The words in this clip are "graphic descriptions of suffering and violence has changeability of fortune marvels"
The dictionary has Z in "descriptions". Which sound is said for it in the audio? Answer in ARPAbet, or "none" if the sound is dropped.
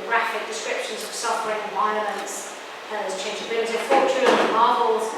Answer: Z